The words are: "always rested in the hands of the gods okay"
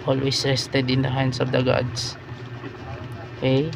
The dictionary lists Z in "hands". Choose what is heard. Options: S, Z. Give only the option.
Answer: S